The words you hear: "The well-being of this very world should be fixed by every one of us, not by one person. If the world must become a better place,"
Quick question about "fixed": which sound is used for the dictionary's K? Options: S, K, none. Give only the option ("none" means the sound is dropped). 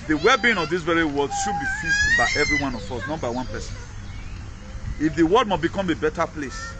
none